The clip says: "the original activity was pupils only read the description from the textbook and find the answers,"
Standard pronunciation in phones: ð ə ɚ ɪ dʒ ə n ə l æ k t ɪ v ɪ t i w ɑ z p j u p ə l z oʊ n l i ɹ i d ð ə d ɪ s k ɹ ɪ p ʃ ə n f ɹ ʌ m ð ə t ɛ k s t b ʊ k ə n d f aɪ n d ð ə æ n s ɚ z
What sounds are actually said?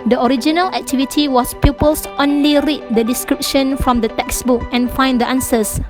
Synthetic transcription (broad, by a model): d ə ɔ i dʒ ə n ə l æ k t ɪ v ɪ t i w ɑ s p j u p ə l s oʊ n l i ɹ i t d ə d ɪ s k ɹ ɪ p ʃ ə n f ɹ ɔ m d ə t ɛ k s b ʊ k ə n f aɪ n d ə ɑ n s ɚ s